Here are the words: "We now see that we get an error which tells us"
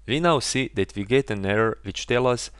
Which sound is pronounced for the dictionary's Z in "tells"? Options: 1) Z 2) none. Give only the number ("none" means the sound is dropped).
2